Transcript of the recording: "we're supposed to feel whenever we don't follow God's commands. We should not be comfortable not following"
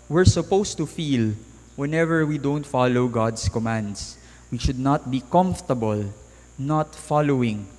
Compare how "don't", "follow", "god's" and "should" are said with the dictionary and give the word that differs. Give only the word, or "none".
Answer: god's